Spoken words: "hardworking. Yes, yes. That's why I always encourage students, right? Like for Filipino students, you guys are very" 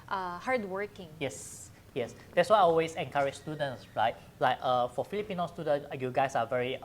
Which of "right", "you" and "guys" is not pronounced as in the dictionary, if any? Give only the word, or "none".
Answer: guys